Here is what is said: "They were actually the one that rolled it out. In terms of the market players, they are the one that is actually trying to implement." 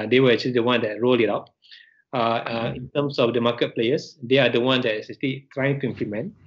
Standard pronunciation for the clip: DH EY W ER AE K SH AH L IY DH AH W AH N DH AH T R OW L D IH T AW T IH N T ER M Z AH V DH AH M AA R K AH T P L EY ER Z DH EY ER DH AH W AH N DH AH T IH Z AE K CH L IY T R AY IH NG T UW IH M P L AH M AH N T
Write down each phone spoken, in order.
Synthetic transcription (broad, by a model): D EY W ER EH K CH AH L IY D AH W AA N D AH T R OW L IH T AW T IH N T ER M S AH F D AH M AA K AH T P L EY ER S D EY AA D AH W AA N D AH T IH S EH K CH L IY T R AY IH NG T UW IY M P L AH M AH N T